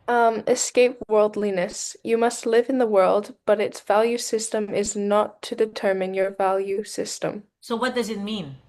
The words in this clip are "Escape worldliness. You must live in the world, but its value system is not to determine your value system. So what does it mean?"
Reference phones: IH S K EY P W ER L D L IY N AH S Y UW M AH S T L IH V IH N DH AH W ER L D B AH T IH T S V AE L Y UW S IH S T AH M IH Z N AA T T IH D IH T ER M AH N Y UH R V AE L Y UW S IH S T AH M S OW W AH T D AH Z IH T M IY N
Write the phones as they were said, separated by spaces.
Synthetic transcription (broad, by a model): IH S K EY P W ER L D L IY N AH S Y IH M AH S T L IH V IH N DH AH W ER L D B AH T IH T S V AE L Y UW S IH S T AH M IH Z N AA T T IH D IH T ER M AH N Y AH R V AE L Y UW S IH S T AH M S OW W AH T D AH Z IH T M IY N